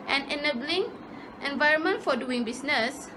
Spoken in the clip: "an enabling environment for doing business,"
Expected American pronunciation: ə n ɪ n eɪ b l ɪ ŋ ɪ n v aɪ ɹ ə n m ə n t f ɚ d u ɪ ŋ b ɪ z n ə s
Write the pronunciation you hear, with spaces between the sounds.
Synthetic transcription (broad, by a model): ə n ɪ n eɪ b l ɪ ŋ ɪ n v aɪ ɹ ə n m ə n t f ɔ d u ɪ ŋ b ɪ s n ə s